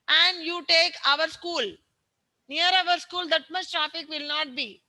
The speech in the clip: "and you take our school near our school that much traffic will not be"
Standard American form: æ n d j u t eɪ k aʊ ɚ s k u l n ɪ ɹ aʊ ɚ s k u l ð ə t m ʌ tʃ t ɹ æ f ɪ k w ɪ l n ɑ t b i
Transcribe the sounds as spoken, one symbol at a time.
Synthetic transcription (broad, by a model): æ n d j u t eɪ k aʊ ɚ s k u l n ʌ ɹ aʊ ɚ s k u l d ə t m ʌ s t ɹ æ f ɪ k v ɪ l n ɑ t b i